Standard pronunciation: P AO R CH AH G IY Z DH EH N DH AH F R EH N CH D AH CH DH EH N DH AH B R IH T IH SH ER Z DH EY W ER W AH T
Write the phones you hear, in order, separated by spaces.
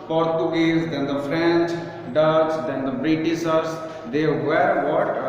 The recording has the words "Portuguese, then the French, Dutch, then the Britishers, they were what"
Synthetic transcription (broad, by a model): P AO R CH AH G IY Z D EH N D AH F R EH N CH D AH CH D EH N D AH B R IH T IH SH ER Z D EY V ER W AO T